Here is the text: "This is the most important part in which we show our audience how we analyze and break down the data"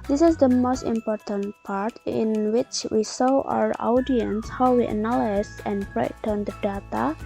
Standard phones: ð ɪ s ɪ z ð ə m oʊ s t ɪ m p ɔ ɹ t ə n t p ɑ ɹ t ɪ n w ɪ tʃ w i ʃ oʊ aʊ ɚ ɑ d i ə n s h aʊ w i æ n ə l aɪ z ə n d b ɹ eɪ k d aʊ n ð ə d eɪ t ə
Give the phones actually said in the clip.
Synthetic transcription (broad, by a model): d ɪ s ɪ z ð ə m oʊ s t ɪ m p ɔ ɹ t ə n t p ɑ ɹ t ɪ n w ɪ tʃ w i s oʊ aʊ ɚ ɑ d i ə n s h aʊ w i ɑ n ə l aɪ s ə n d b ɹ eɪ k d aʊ n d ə d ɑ t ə